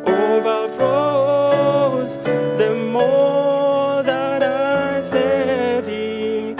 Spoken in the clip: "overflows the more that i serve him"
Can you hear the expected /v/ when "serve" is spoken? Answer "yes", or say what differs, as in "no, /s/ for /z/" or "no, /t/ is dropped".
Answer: no, /v/ is dropped